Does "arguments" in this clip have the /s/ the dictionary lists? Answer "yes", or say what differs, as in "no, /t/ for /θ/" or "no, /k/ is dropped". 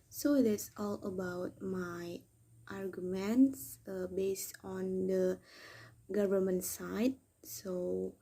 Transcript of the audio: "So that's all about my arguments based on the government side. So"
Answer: yes